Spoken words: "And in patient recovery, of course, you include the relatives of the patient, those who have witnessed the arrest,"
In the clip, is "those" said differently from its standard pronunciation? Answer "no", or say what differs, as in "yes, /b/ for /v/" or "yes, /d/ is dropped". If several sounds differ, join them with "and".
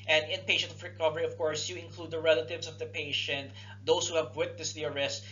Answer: yes, /s/ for /z/